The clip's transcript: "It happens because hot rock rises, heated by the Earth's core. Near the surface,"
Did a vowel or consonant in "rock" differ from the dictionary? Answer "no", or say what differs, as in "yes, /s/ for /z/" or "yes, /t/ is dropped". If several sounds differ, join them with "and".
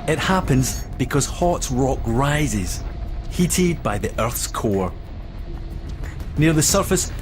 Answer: no